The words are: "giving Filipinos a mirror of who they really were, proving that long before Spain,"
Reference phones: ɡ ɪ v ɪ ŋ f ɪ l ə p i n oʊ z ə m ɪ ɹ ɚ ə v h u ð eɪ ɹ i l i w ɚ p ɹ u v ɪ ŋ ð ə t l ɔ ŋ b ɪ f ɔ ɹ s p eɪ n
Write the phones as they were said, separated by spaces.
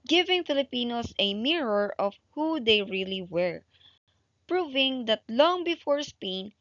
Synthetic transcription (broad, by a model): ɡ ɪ v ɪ ŋ f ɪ l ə p i n oʊ s ə m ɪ ɹ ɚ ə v h u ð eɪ ɹ i l i w ɚ p ɹ u v ɪ ŋ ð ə t l ɔ ŋ b ɪ f ɔ ɹ s p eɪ n